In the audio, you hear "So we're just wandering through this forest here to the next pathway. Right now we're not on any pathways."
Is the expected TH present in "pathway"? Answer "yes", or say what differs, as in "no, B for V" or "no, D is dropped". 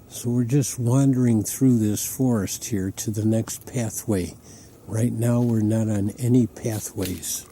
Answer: yes